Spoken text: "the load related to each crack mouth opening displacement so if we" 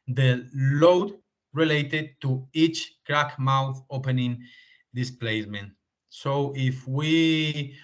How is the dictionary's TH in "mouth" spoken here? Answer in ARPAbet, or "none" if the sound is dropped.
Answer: TH